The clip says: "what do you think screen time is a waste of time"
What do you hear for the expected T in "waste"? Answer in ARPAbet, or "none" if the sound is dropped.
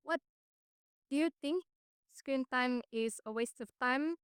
T